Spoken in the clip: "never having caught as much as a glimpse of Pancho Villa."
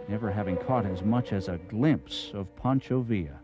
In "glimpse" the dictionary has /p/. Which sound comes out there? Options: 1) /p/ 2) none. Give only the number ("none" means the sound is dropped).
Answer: 1